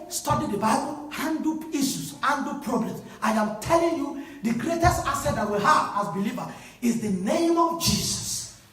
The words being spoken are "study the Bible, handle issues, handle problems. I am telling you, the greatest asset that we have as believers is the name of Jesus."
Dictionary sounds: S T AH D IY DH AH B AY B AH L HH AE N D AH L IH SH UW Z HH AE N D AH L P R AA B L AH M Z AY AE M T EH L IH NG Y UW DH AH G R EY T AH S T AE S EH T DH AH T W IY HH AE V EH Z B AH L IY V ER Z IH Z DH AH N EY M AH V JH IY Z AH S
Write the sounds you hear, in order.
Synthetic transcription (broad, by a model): S T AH D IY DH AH B AY B AH L HH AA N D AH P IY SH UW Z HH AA N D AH P R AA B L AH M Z AY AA M T EH L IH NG Y UW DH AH G R EY T AH S T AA S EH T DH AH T W IY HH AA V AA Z B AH L IY V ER IH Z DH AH N EY M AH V JH IY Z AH S